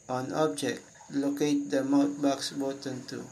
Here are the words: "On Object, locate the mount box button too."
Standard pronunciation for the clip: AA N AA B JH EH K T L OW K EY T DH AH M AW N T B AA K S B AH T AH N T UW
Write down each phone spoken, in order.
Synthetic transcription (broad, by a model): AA N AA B JH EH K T L OW K EY T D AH M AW T B AA K S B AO T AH N T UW